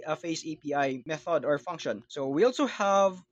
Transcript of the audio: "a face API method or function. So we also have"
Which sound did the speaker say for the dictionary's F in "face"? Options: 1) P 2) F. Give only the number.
2